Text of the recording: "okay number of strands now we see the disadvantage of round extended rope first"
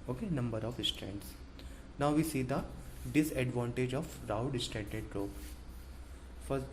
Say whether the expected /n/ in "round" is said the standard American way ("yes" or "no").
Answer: no